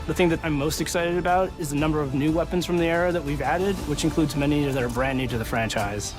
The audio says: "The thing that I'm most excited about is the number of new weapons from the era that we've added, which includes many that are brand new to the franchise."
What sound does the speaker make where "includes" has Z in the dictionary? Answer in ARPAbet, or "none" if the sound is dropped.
Z